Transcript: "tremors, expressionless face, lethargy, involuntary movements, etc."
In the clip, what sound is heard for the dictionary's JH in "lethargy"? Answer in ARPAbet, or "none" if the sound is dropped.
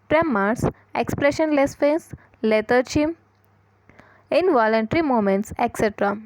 CH